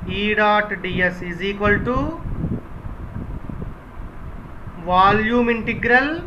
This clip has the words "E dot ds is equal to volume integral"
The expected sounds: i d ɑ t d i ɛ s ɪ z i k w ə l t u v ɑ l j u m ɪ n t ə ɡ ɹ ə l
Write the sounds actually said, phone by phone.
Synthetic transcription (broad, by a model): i d ɑ t d i ɛ s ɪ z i k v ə l t u v ɑ l j u m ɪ n t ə ɡ ɹ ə l